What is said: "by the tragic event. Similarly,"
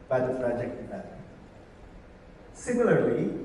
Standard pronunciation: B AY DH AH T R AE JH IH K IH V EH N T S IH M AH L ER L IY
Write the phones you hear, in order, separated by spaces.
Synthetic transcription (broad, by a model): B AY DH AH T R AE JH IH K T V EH T S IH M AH L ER L IY